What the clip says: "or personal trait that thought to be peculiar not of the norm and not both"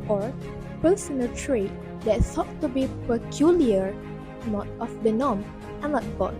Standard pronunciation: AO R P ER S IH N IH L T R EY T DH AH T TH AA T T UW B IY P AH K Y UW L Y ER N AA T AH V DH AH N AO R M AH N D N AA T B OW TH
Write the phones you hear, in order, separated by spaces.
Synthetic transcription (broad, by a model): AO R P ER S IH N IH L T R EY T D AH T S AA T T UW B IY P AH K Y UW L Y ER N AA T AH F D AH N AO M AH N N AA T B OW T